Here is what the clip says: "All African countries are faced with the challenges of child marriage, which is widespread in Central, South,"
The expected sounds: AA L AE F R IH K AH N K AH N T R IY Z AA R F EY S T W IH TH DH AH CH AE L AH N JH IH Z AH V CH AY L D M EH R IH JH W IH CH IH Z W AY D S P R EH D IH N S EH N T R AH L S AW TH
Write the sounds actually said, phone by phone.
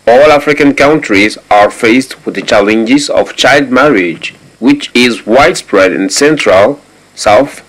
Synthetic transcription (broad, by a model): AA L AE F R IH K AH N K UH N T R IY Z AA R F EY S T W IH DH AH CH AE L AH N JH IH Z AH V CH AY L D M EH R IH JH W IH CH IH Z W AY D S P R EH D IH N S EH N T R AH L S AW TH